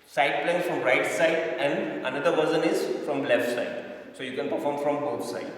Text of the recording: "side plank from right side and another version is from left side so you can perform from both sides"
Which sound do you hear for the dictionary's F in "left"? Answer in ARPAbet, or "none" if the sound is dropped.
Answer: F